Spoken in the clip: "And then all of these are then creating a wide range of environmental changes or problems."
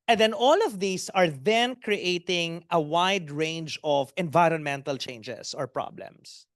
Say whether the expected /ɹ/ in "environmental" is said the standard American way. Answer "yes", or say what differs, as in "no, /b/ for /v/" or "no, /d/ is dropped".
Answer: yes